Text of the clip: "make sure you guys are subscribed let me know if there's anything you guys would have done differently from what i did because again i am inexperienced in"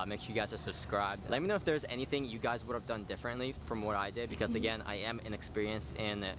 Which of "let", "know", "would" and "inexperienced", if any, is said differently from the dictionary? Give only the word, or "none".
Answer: none